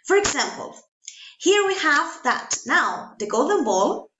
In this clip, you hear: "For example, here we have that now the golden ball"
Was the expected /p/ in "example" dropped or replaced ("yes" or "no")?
no